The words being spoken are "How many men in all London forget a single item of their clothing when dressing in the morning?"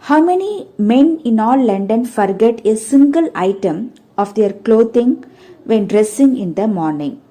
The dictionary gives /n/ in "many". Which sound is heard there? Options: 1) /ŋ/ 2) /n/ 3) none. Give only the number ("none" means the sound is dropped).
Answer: 2